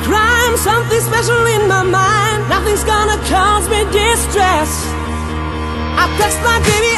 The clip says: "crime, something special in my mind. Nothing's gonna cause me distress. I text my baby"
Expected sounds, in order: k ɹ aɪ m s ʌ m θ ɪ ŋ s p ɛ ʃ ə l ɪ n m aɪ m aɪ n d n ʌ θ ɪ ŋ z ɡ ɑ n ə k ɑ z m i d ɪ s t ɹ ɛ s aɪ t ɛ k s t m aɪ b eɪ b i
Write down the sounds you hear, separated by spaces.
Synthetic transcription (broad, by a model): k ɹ aɪ m s ʌ m θ ɪ ŋ s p ɛ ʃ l ɪ n m aɪ m aɪ n d n ʌ θ ɪ ŋ z ɡ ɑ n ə k ɑ z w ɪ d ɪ s t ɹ ɛ s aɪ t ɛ s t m aɪ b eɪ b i